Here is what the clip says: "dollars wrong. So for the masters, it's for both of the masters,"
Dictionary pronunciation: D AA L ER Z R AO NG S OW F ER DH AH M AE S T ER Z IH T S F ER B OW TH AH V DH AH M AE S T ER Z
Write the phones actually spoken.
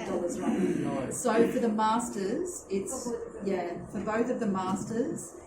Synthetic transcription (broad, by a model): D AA L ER Z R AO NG S OW F ER DH AH M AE S T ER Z IH T S F ER B OW TH AH V DH AH M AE S T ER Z